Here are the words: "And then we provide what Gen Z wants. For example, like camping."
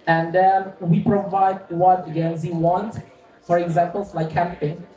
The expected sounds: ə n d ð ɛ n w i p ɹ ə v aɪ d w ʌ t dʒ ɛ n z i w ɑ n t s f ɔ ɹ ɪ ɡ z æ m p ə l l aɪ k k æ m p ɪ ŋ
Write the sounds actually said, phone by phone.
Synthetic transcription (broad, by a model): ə n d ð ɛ n w i p ɹ ə v aɪ d w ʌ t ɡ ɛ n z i w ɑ n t f ɔ ɹ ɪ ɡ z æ m p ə l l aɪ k k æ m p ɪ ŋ